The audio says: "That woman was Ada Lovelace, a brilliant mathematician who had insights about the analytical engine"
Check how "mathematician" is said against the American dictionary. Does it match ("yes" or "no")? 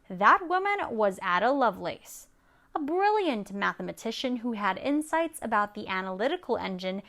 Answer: yes